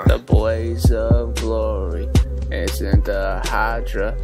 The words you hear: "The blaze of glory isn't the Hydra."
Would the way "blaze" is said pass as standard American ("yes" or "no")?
yes